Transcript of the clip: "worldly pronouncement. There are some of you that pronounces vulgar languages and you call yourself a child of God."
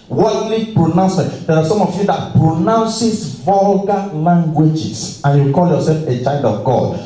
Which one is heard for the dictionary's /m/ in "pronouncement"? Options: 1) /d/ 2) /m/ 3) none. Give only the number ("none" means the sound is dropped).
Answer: 3